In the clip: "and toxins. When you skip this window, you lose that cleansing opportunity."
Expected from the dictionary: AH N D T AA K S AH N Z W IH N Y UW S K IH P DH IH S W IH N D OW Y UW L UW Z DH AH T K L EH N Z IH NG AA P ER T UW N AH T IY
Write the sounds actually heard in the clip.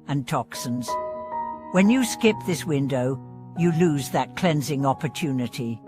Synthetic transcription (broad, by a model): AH N T AA K S AH N Z W IH N Y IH S K IH P DH IH S W IH N D OW Y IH L UW Z DH AH T K L EH N Z IH NG AA P ER T UW N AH T IY